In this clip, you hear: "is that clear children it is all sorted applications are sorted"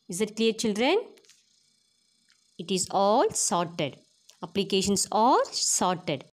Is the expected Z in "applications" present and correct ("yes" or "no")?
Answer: no